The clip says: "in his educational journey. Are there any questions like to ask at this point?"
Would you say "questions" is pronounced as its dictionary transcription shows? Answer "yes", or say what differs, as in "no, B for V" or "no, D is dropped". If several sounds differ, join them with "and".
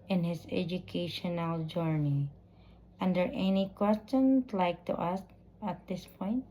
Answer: no, S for Z